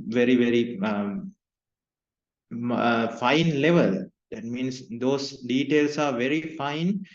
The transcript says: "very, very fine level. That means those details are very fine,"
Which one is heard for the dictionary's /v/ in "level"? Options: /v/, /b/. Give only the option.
/v/